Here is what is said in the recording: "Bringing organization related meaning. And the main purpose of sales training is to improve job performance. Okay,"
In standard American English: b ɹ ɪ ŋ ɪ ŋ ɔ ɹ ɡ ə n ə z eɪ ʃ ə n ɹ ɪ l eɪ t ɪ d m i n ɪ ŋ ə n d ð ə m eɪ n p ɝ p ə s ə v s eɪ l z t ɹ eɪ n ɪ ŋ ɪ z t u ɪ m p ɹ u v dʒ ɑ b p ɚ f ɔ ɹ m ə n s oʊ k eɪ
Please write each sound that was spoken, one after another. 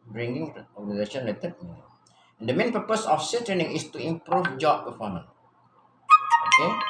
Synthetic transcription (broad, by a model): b ɹ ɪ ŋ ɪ ŋ ɔ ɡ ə n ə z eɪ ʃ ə n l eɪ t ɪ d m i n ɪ ə n d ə m eɪ n p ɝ p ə s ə f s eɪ t ɹ eɪ n ɪ ŋ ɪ s t u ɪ m p ɹ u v dʒ ɑ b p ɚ f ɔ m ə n oʊ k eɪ